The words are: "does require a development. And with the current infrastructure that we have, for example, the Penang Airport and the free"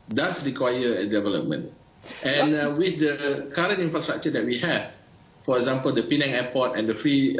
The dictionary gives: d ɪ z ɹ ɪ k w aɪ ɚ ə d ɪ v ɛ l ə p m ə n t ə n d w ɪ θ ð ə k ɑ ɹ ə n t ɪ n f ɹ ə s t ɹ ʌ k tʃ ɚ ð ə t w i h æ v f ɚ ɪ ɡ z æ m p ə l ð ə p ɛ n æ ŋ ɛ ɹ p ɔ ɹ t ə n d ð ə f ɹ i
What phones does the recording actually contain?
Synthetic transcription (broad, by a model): d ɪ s ɹ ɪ k w aɪ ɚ ə d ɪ v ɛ l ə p m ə n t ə n w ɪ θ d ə k ɑ ɹ ə n t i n f ɹ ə s t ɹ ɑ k tʃ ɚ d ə t w i h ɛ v f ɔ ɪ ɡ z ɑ m p ə l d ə p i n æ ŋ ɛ p ɔ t ə n d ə f ɹ i